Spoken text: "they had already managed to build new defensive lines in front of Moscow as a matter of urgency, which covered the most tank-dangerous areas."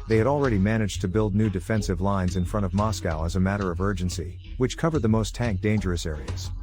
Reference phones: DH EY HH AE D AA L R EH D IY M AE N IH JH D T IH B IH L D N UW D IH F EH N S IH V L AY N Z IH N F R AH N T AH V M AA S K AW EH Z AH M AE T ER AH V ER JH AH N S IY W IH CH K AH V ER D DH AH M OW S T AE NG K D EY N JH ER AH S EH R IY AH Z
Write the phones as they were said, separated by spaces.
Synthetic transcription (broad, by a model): DH EY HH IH D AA L R EH D IY M AE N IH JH T IH B IH L D N UW D IH F EH N S IH V L AY N Z IH N F R AH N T AH V M AA S K AW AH Z AH M AE T ER AH V ER JH AH N S IY W IH CH K AH V ER D DH AH M OW S T AE NG K D EY N JH ER AH S EH R IY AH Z